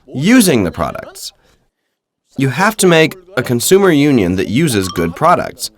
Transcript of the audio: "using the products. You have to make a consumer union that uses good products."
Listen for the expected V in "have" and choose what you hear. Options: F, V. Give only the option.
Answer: F